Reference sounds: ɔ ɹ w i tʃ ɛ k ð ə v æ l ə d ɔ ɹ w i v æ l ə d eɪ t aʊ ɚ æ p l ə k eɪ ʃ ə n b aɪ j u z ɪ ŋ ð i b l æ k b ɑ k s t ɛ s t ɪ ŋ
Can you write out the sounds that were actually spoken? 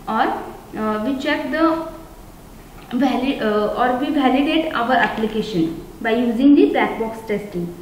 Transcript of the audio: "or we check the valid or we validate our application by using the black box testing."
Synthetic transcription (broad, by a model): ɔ ɹ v i tʃ ɛ k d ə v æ l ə ɔ ɹ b i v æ l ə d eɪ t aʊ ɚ æ p l ə k eɪ ʃ ə n b aɪ j u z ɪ ŋ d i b æ k b ɑ k s t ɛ s t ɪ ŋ